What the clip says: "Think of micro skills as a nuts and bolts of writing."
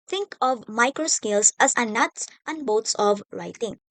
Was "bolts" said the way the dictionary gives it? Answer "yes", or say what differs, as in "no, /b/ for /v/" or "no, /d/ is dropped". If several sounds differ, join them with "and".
no, /w/ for /l/